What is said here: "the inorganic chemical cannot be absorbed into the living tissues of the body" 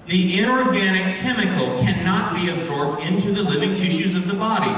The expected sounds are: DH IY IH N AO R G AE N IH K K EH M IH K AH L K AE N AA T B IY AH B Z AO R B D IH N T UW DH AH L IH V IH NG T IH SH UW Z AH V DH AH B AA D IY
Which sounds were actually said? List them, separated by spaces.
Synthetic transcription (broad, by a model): DH IY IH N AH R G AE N IH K K EH M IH K L K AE N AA T B IY AH B Z AO R B D IH N T UW DH AH L IH V IH NG T IH SH UW Z AH V DH AH B AA D IY